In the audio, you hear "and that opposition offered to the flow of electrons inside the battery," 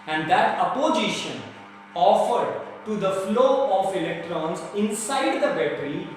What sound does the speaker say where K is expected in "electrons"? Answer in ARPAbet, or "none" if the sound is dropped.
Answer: K